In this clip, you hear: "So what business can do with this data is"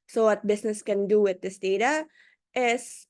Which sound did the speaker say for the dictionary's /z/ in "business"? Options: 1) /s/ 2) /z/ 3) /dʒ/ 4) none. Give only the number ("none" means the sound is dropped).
1